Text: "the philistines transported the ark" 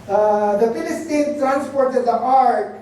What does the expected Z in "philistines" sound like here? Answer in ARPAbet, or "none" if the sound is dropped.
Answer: none